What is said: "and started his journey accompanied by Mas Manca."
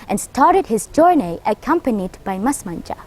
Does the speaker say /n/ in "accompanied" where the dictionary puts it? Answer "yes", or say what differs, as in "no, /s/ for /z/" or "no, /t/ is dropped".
yes